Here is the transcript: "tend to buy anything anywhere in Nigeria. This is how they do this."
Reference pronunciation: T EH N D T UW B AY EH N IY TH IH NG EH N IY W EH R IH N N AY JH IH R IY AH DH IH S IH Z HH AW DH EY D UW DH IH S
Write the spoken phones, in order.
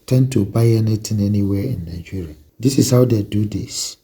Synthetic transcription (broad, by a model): T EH N T UW B AY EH N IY T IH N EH N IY W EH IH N N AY JH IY R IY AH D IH S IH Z HH AW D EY D UW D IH S